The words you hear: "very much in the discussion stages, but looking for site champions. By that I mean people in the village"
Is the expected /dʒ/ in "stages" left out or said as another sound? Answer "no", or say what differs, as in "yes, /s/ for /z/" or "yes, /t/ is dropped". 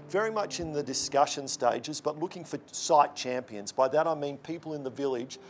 no